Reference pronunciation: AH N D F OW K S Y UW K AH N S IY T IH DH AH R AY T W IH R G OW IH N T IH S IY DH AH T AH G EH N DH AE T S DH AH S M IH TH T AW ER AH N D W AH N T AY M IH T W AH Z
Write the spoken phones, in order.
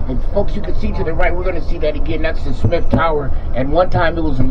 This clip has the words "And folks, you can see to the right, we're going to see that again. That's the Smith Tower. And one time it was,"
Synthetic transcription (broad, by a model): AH F OW K S Y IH K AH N S IY T IH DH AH R AY T W IH R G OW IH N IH S IY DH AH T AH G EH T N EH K S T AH S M IH F T AW ER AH N W AH N T AY M IH T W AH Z